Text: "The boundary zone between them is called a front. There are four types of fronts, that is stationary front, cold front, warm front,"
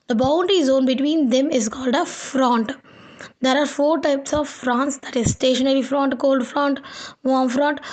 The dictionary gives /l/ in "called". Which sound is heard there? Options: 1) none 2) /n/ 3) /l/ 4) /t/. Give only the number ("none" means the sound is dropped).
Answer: 3